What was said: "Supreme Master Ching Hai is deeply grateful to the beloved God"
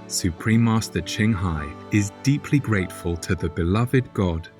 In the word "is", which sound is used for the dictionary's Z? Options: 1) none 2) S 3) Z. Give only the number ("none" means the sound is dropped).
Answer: 3